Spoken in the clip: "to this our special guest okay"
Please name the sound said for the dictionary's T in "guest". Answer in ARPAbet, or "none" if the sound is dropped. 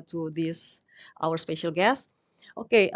T